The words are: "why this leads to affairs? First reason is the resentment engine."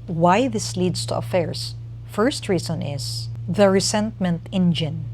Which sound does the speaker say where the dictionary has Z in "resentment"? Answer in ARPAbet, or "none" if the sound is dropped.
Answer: S